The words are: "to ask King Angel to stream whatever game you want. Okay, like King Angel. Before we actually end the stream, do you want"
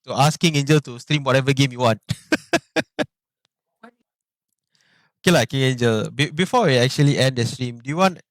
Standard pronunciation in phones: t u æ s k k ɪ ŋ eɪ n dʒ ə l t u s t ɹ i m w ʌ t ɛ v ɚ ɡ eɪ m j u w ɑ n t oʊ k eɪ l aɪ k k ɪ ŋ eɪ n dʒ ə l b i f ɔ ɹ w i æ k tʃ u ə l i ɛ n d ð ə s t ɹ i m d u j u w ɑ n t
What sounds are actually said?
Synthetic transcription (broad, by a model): t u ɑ s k k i ŋ eɪ n dʒ ə l t u s t ɹ i m w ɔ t ɛ v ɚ ɡ eɪ m j u w ɑ n t oʊ k eɪ l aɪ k k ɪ ŋ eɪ n dʒ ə l b i f ɔ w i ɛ k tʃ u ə l i ɛ n d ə s t ɹ i m d u j u w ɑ n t